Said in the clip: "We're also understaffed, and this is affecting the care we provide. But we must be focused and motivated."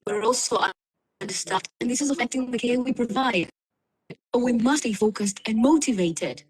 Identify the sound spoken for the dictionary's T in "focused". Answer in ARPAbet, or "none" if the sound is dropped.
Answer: T